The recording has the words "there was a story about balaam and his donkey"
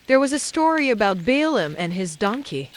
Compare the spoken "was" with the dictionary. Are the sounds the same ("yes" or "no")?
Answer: yes